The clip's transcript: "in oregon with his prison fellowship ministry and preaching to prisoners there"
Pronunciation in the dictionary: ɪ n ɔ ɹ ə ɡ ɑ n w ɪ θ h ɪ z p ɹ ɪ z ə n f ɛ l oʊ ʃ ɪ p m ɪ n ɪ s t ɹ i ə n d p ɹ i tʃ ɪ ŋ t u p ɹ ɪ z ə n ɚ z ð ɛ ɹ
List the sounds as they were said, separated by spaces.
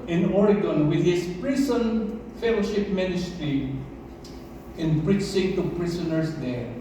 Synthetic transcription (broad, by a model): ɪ n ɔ ɹ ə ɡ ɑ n w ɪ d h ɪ s p ɹ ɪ s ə n f ɛ l oʊ ʃ ɪ p m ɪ n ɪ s t ɹ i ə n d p ɹ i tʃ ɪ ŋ t u p ɹ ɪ s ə n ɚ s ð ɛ ɹ